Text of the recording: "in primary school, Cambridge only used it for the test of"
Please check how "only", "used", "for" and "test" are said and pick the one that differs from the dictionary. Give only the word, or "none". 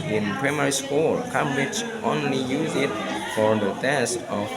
used